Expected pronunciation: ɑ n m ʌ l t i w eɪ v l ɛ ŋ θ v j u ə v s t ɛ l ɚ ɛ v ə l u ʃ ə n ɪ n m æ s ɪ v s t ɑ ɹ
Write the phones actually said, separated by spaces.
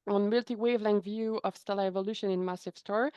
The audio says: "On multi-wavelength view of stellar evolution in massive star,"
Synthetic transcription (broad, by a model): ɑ n m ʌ l t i w eɪ v l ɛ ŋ v j u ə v s t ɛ l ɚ ɛ v ə l u ʃ ə n ɪ n m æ s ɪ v s t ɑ ɹ